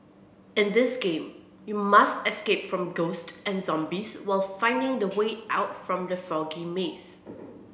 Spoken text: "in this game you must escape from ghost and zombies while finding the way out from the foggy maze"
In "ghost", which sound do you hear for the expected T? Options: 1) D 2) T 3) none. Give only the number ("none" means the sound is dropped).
2